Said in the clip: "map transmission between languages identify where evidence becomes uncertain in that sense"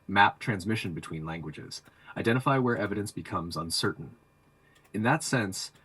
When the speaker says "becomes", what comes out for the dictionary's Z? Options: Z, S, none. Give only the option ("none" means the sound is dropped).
Z